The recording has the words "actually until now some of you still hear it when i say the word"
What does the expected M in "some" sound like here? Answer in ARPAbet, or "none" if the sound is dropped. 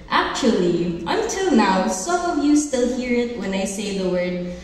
none